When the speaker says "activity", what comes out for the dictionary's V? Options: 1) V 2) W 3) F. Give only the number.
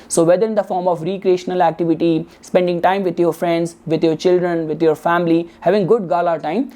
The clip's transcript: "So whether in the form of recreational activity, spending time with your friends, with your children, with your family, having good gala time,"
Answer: 1